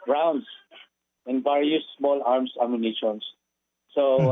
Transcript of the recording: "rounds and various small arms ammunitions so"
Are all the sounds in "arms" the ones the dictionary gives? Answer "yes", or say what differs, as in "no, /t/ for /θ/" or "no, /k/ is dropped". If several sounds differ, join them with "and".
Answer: no, /s/ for /z/